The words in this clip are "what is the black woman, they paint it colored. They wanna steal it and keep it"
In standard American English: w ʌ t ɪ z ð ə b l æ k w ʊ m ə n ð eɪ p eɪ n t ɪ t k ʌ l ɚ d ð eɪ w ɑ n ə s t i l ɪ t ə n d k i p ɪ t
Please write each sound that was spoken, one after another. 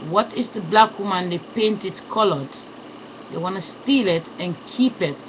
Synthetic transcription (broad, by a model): w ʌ t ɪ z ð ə b l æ k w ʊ m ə n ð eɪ p eɪ n t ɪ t k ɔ l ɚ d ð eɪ w ɑ n ə s t i l ɪ t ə n k i p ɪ t